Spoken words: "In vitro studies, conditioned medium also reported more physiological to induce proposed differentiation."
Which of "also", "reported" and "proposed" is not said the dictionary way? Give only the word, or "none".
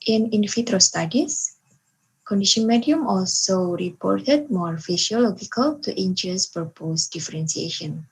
proposed